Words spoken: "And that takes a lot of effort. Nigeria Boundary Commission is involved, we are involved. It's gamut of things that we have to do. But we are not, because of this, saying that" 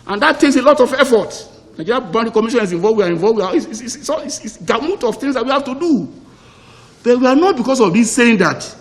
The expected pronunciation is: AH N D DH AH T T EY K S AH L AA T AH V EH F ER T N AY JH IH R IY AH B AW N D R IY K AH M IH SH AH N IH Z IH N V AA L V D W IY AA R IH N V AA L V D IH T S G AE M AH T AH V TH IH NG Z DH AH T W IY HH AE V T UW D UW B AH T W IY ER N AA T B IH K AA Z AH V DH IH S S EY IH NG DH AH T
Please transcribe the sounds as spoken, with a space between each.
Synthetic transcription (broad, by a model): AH N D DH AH T T EY K S AH L AA T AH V EH F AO T N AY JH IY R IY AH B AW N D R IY K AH M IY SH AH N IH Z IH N V AA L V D W IY AA R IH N V AA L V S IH S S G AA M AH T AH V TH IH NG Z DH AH T W IY HH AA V T UW D UW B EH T W IY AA N AA T B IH K AA S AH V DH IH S S EY IH NG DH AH T